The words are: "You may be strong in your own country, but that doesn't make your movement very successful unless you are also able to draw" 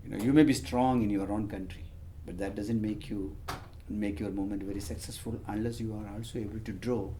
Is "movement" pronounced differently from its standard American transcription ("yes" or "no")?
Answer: yes